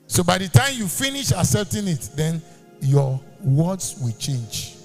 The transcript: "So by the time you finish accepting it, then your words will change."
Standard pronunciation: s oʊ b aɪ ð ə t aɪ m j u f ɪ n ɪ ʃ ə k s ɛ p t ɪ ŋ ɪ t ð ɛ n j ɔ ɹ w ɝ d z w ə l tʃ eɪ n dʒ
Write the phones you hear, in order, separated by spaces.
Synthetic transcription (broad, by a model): s oʊ b aɪ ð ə t aɪ m j u f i n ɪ ʃ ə s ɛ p t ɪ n ɪ t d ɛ n j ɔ w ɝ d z w ə l tʃ eɪ n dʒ